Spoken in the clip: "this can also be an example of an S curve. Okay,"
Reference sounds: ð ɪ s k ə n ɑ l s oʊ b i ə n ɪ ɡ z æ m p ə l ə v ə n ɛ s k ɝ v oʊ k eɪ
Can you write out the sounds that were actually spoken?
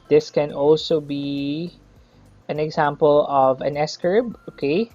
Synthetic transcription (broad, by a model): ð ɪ s k ə n ɑ l s oʊ b i ə n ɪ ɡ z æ m p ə l ə v ə n ɛ s k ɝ b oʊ k eɪ